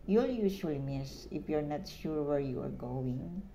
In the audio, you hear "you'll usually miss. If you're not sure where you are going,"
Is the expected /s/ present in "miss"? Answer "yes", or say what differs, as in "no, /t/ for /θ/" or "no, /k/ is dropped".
yes